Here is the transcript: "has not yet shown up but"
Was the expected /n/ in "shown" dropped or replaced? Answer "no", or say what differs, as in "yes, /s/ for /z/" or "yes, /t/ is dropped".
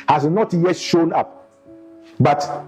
no